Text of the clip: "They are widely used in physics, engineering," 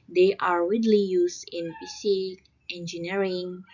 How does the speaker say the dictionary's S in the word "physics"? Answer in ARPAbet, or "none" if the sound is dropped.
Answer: none